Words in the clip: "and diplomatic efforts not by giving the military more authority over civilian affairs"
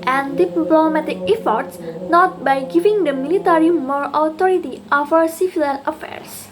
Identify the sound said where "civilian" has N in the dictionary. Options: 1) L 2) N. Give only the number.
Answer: 1